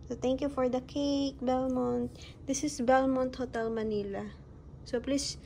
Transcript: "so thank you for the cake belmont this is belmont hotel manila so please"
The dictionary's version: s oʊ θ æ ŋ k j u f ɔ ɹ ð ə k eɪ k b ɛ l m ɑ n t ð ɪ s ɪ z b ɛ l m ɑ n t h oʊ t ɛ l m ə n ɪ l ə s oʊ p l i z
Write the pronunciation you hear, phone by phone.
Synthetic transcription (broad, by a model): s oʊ t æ ŋ k j u f ɔ ɹ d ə k eɪ k b ɛ l m ɑ n t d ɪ s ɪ s b ɛ l m ɑ n t h oʊ t ɛ l m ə n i l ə s oʊ p l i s